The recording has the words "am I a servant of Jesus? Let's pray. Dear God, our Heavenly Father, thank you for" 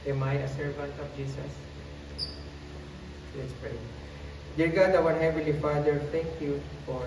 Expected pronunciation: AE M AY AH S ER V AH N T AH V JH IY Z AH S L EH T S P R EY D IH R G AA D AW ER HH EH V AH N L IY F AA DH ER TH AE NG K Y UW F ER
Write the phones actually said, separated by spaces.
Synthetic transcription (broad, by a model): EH M AY AH S ER V AH N T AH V JH IY S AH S L EH T S P R EY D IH R G AA D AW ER HH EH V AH L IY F AA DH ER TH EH NG K Y UW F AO